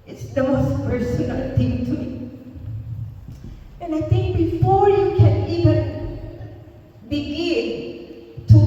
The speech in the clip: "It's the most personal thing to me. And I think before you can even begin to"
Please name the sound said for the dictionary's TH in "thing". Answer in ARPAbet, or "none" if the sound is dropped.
T